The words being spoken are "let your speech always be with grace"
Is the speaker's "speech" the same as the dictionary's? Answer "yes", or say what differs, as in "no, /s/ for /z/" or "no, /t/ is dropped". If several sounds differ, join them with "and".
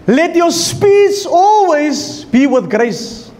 no, /s/ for /tʃ/